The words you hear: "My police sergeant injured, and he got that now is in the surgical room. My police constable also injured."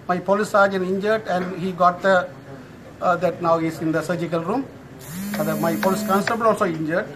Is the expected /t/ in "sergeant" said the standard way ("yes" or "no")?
no